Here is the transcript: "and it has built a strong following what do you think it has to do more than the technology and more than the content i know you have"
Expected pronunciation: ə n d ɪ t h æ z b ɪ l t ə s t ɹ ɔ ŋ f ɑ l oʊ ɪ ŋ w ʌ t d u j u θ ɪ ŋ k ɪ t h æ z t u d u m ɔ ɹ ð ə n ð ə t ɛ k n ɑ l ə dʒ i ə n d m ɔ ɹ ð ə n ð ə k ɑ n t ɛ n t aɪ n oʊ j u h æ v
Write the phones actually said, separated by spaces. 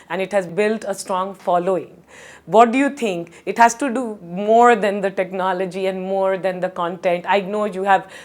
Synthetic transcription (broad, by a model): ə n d ɪ t h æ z b ɪ l t ə s t ɹ ɔ ŋ f ɑ l oʊ ɪ ŋ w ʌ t d u j u t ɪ ŋ k ɪ t h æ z t u d u m ɔ ɹ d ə n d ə t ɛ k n ɑ l ə dʒ i ə n d m ɔ ɹ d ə n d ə k ɑ n t ɛ n t aɪ n oʊ j u h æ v